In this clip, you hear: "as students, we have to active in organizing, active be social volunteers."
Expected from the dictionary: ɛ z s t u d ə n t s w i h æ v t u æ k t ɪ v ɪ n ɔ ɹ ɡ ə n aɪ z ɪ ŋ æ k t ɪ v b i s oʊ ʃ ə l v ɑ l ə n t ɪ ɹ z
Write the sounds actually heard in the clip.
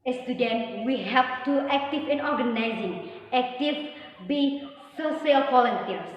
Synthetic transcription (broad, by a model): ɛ s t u d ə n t w i h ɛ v t u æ k t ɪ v ɪ n ɔ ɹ ɡ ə n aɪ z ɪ ŋ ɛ k t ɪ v b i s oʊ s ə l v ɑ l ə n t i ɹ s